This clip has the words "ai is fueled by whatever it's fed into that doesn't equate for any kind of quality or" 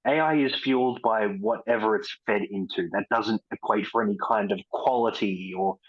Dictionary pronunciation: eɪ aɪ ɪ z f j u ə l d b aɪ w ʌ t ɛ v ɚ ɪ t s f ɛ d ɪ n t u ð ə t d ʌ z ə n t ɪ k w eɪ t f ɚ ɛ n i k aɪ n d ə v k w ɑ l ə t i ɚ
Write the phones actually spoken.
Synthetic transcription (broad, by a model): eɪ aɪ ɪ z f j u l d b aɪ w ʌ t ɛ v ɚ ɪ t s f ɛ d ɪ n t u ð ə t d ʌ z ə n t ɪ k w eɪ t f ɚ ɛ n i k aɪ n d ə v k w ɑ l ə t i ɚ